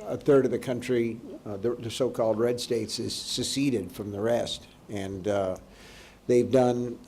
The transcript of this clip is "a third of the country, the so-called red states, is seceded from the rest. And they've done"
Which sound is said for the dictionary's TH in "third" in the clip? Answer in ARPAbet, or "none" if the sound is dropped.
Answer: TH